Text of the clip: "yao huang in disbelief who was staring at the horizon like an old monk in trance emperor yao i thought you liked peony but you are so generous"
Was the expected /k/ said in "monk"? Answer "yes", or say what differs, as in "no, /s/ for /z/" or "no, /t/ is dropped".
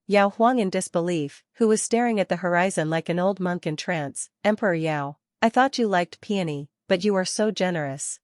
yes